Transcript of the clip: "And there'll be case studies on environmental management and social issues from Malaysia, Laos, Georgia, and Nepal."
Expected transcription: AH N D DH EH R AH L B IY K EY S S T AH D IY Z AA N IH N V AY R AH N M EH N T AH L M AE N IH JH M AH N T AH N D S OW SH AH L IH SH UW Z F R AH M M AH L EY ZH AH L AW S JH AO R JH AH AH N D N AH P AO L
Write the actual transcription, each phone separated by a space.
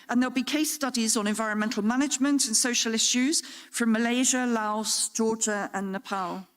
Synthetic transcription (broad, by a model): AH N DH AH L B IY K EY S S T AH D IY Z N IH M V AY R AH N M EH N T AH L M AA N IH JH M AH N T AH N S OW SH AH L IH SH UW Z F R AH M M AH L EY ZH AH L AW S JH AO JH AH AH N N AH P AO L